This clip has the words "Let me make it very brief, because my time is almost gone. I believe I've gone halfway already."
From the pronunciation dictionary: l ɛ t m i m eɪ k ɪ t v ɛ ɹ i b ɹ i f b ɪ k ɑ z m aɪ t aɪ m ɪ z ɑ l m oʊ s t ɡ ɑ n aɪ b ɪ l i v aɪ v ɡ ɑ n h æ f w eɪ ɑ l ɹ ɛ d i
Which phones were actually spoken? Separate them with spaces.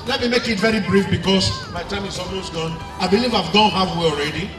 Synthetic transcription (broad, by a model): l ɛ t m i m eɪ k ɪ t v ɛ ɹ i b ɹ i f b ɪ k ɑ s m aɪ t aɪ m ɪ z ɑ l m oʊ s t ɡ ɑ n aɪ b ɪ l i v aɪ v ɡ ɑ n h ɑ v w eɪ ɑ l ɹ ɛ d i